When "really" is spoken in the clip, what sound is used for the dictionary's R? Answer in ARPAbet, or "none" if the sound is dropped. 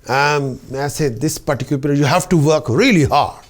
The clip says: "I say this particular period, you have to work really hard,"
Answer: R